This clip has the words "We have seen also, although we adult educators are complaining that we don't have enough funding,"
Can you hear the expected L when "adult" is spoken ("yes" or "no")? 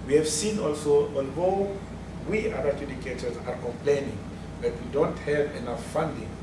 no